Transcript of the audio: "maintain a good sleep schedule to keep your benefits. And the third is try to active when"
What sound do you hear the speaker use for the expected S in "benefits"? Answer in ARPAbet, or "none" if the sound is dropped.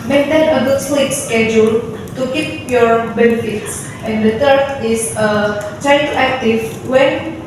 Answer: S